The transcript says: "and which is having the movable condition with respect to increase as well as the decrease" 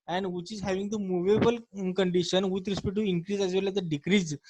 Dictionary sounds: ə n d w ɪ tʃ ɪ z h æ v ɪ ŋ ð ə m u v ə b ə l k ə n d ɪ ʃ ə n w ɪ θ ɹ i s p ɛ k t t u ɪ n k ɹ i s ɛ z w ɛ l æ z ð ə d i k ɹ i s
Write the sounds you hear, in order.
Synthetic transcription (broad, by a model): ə n d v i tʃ ɪ z h æ v ɪ ŋ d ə m u v ə b ə l k ə n d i ʃ ə n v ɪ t ɹ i s p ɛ t t u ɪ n k ɹ i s ɛ z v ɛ l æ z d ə d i k ɹ i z